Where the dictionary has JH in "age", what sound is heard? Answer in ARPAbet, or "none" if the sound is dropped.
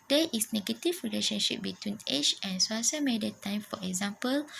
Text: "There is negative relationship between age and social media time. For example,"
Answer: CH